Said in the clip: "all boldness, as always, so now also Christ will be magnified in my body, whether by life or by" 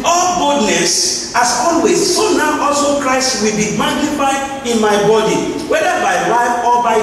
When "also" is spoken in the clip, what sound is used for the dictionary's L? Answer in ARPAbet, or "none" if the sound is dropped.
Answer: L